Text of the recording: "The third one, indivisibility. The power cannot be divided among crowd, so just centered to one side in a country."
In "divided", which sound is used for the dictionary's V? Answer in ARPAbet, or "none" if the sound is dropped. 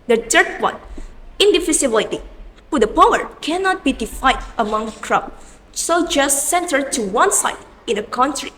F